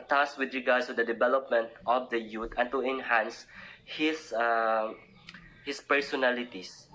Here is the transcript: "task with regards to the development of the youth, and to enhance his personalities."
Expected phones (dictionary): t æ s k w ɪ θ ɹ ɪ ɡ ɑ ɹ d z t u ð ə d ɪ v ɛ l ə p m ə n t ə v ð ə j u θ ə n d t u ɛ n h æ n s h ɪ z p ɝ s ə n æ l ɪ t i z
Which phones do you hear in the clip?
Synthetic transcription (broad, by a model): t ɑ s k w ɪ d ɹ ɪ ɡ ɑ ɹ d s t u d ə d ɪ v ɛ l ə p m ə n t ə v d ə j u t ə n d t u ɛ n h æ n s h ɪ s p ɝ s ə n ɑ l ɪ t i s